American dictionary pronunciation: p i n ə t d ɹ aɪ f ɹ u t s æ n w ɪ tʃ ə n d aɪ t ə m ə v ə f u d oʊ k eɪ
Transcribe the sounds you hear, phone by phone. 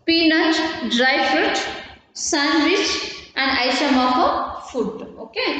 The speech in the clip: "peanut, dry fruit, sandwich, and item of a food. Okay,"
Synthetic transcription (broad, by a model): p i n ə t d ɹ aɪ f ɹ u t s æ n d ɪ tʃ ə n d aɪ s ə m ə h ə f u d oʊ k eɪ